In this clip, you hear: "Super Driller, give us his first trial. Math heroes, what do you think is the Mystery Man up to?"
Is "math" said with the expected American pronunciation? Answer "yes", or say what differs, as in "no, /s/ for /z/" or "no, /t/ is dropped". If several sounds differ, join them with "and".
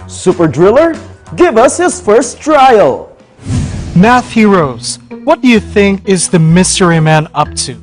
yes